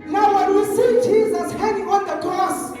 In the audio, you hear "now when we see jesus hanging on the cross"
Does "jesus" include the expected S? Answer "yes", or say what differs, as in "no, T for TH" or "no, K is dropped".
yes